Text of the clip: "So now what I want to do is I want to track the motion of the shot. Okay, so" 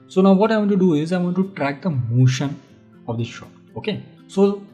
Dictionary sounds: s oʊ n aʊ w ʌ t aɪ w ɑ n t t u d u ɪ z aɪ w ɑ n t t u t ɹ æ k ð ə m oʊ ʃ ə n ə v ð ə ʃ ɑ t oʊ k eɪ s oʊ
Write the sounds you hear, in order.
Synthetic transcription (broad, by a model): s oʊ n aʊ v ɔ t aɪ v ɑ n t t u d u ɪ z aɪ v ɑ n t t u t ɹ æ k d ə m oʊ ʃ ə n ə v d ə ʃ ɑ oʊ k eɪ s oʊ